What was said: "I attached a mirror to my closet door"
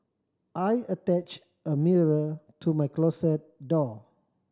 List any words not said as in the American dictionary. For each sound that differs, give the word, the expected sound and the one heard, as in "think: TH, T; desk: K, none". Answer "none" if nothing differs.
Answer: closet: Z, S